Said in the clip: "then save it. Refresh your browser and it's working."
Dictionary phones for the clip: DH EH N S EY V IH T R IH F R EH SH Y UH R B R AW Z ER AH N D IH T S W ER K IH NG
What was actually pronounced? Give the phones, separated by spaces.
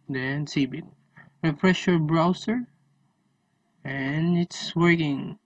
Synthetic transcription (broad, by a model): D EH N S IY B IH T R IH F R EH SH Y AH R B R AW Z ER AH N IH T S W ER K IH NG